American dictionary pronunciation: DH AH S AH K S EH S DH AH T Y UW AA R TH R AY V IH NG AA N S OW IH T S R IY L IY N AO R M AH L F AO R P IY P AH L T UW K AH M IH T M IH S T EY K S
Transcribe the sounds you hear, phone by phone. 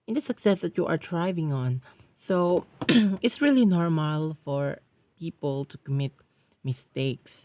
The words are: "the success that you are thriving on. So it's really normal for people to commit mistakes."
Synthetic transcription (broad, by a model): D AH S AH K S EH S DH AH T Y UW AA R T R AY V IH NG AA N S OW IH T S R IY L IY N AO R M AH L F AO R P IY P AH L T UW K AH M IH T M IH S T EY K S